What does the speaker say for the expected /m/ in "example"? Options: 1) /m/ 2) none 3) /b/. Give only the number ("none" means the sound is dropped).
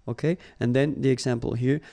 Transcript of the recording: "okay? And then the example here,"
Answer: 1